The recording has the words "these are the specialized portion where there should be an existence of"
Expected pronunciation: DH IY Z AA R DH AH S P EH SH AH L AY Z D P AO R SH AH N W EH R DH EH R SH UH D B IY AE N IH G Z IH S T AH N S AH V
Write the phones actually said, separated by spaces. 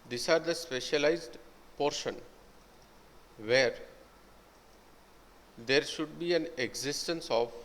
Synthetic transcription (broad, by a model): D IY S AA R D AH S P EH SH AH L AY Z D P AO R SH AH N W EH R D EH R SH UH D B IY AE N IH G Z IH S T AH N S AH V